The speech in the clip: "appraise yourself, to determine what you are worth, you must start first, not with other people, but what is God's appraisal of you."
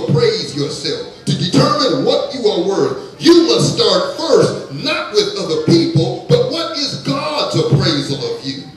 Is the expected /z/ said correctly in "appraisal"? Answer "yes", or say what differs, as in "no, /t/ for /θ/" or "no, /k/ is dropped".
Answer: yes